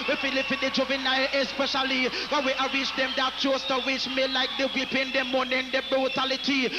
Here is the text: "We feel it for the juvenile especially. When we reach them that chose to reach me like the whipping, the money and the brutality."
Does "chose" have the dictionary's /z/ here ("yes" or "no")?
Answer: no